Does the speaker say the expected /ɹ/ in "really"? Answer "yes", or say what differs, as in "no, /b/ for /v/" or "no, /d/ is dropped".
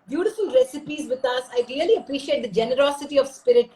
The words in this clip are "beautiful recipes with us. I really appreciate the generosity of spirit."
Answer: no, /l/ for /ɹ/